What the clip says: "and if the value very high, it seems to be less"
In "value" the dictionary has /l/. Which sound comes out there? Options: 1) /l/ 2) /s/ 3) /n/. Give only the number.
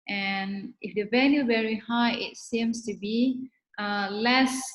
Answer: 3